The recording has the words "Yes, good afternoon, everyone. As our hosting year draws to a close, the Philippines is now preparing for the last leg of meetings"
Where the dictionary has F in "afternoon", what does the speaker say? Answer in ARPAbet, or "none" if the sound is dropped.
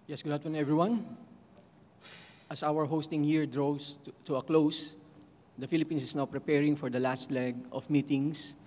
none